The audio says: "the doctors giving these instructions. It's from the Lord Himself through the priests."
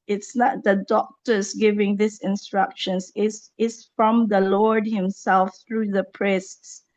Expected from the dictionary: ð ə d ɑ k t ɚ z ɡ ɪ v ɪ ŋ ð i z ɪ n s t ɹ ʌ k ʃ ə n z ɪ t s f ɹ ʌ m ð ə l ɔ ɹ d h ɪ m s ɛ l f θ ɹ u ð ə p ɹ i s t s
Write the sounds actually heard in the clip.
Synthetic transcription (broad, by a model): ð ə d ɑ k t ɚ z ɡ ɪ v ɪ ŋ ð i s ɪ n s t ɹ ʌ k ʃ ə n s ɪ s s f ɹ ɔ m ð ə l ɔ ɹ d h ɪ m s ɛ l f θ ɹ u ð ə p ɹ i s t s